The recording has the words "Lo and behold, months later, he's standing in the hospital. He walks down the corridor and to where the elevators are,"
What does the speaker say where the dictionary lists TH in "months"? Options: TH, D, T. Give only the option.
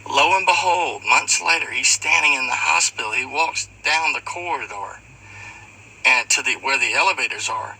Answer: TH